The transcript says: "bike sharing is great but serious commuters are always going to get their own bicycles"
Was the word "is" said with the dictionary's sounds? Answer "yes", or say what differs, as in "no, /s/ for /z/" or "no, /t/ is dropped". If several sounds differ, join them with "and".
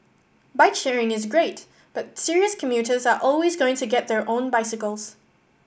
yes